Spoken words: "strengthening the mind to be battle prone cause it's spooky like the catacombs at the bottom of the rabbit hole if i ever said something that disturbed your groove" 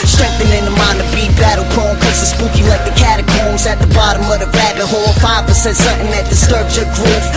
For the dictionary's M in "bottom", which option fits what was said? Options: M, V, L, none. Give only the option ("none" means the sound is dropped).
M